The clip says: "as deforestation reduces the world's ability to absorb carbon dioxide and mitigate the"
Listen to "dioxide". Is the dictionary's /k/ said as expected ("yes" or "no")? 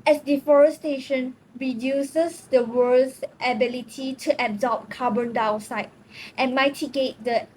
no